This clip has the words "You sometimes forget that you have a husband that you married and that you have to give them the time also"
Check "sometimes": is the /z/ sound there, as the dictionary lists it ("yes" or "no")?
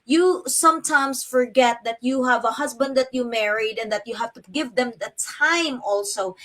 no